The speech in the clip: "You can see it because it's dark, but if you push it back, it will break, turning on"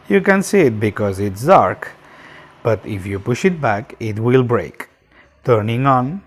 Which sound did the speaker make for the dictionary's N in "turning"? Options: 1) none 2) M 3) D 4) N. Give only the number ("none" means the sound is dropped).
4